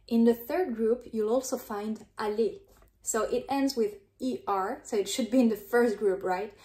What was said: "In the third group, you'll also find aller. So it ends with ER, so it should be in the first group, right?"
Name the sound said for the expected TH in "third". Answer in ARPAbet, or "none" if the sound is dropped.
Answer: TH